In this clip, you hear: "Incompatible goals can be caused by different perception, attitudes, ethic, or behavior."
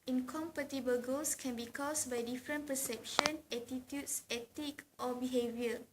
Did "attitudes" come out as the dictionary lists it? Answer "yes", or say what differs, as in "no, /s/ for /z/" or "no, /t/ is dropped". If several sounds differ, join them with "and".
no, /s/ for /z/